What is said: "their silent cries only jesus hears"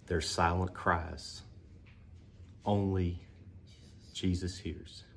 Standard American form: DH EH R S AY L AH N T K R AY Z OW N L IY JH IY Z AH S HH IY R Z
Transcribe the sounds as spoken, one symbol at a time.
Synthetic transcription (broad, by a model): DH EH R S AY L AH N K R AY Z OW N L IY JH IY Z AH S HH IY R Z